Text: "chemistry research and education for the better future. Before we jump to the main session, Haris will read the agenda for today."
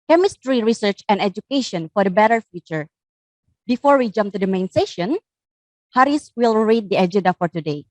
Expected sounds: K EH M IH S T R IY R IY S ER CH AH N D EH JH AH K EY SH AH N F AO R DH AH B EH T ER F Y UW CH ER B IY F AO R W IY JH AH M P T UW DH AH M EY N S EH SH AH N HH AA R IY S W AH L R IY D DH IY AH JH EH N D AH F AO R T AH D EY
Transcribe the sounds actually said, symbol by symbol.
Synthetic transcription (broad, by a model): K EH M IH S T R IY R IY S ER CH AH N D EH JH AH K EY SH AH N F AO R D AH B EH T ER F Y UW CH ER B IY F AO R W IY JH AH M P T UW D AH M EY N S EH SH AH N HH AA R IY S W AH L R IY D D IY AH JH EH N D AH F AO R T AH D EY